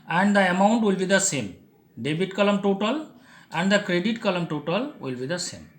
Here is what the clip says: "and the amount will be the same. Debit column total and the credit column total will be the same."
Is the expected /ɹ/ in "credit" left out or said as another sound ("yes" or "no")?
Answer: no